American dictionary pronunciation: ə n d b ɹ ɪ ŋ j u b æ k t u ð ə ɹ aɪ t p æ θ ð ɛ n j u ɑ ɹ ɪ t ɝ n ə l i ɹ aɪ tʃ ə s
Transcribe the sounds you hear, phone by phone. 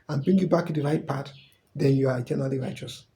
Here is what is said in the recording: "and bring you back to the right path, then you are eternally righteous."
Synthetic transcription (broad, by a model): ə n b ɹ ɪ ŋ j u b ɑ k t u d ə ɹ aɪ t p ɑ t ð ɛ n j u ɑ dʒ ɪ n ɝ ə l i ɹ aɪ tʃ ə s